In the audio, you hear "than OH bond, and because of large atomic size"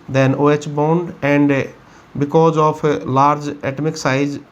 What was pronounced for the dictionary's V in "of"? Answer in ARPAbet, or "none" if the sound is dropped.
P